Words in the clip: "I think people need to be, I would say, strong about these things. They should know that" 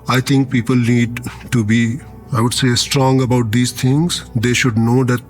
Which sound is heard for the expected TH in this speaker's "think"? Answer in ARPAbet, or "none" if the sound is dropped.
T